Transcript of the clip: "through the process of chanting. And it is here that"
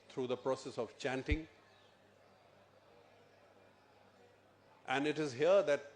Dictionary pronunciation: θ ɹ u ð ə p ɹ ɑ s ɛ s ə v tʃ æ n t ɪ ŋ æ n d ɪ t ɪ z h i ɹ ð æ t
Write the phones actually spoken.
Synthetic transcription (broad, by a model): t ɹ u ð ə p ɹ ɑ s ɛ s ə v tʃ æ n t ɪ ŋ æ n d ɪ t ɪ z h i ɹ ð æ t